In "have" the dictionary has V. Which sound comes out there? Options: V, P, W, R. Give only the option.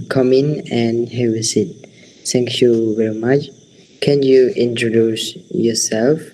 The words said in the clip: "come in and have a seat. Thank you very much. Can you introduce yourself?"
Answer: W